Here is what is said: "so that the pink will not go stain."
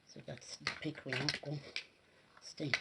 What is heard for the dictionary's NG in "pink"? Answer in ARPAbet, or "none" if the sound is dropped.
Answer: none